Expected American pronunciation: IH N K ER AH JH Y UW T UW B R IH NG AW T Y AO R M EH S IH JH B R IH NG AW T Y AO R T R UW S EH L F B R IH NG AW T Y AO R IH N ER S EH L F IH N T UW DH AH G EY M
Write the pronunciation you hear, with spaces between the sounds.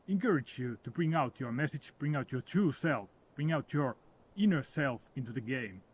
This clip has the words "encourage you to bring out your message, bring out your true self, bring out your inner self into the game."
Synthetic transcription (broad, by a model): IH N K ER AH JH Y UW T UW B R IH NG AW T Y AO R M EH S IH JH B R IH NG AW T Y AO R T R UW S EH L F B R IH NG AW T Y AO R IH N ER S EH L F IH N T UW DH AH G EY M